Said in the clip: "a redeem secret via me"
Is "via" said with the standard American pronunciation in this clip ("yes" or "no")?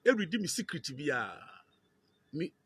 no